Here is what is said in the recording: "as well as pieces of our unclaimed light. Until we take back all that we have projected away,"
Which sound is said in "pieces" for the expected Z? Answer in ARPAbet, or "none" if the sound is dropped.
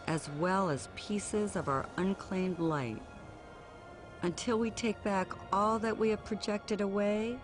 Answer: Z